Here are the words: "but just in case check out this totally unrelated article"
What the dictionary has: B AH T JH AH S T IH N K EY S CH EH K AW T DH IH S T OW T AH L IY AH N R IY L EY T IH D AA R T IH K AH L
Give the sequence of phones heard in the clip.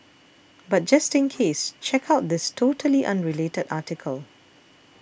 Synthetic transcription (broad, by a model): B AH T JH AH S T IH N K EY S CH EH K AW T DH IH S T OW T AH L IY AH N R IY L EY T IH D AA T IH K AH L